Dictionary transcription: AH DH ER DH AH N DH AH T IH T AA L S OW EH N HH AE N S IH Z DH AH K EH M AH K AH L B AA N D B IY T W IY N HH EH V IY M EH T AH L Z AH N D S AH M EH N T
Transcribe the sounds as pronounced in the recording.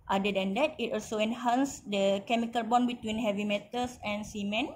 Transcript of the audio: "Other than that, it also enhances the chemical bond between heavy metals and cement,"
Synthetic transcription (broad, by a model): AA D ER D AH N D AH T IH T AA L S OW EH N HH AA N S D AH K EH M AH K AH L B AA N B IY T W IY N HH EH V IY M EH T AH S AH N S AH M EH N